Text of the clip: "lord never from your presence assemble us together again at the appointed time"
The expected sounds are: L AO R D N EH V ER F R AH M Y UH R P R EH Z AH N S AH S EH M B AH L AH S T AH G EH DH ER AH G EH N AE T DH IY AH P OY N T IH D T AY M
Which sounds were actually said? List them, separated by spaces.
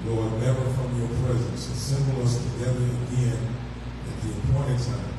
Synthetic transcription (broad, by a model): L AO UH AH N EH V ER F R AH M Y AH R P R EH Z AH N S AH S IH M B L AH S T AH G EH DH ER AH G EH N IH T DH IY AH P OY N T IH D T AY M